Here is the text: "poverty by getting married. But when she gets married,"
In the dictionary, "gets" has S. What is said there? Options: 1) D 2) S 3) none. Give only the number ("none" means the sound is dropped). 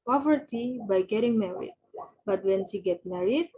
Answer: 3